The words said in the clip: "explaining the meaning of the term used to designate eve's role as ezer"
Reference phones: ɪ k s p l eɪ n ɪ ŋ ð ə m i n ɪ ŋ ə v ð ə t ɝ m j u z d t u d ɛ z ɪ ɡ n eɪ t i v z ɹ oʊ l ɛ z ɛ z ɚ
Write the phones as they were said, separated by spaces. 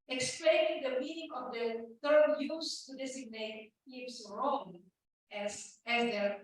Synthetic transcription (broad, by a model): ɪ k s p l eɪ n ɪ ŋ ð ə m i n ɪ ŋ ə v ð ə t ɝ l j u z t u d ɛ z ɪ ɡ n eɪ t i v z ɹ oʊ n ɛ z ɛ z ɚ